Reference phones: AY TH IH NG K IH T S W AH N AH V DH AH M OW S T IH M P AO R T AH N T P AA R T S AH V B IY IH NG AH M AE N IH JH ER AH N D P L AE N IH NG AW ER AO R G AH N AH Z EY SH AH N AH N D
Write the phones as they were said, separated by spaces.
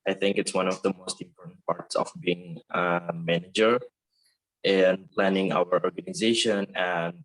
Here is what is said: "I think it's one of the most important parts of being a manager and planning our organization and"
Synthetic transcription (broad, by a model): AY TH IH NG K IH T S W AH N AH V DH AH M OW S T IH M P AO R T AH N T P AA R T S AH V B IY IH NG AH M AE N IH JH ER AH N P L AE N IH NG AW ER AO R G AH N AH Z EY SH AH N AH N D